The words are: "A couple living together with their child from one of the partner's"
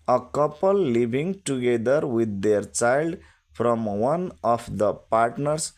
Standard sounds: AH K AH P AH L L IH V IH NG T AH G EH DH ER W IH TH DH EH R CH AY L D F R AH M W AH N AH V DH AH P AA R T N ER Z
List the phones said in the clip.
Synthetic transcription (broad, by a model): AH K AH P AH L L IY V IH NG T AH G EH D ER W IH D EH R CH AY L D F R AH M W AH N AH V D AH P AA R T N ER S